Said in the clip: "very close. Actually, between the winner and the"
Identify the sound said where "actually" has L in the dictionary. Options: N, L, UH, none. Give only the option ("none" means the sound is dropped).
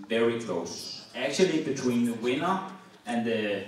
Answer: L